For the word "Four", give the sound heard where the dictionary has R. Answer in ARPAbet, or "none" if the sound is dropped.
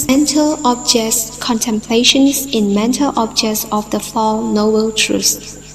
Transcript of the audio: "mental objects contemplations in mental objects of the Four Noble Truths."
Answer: L